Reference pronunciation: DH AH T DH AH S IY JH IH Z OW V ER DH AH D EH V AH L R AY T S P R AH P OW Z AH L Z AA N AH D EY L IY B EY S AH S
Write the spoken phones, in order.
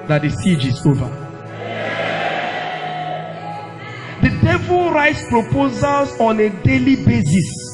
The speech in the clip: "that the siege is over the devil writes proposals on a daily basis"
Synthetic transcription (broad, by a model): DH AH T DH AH S IY JH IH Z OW V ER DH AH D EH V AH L R AY T S P R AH P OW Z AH L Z AA N AH D EY L IY B EY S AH S